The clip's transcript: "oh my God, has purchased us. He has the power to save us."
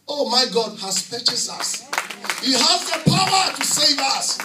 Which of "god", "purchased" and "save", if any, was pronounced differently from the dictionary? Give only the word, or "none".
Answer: purchased